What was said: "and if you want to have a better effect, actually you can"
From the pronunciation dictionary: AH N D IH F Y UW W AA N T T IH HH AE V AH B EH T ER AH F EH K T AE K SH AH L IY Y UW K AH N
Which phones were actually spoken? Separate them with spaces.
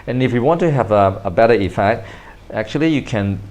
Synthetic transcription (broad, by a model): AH N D IH F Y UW W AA N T T IH HH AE V AH B EH T ER AH F EH K T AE K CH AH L IY Y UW K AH N